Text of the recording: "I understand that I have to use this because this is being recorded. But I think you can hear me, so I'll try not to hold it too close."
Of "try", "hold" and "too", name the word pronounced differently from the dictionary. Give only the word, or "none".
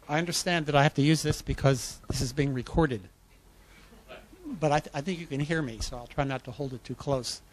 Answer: none